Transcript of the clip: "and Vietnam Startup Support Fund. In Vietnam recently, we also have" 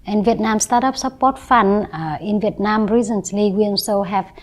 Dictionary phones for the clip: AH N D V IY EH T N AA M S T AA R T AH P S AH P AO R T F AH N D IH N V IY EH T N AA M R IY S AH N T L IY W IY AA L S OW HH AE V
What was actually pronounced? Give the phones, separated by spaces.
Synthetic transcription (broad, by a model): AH N V IY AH T N AA M S T AA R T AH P S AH P AO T F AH N IH N V IY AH T N AA M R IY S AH N S L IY W IY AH N S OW HH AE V